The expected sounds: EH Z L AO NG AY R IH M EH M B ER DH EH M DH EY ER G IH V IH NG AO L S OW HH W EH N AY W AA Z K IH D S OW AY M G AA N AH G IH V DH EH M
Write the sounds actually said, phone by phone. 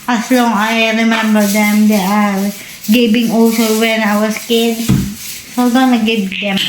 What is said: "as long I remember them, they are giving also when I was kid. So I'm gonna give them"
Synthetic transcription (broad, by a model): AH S L AO NG AY R IH M EH M B ER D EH M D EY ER G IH B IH NG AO S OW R W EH N AY W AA S K IH D S OW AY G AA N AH G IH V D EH M